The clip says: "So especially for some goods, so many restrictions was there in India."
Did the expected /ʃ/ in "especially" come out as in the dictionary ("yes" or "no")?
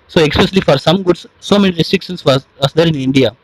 no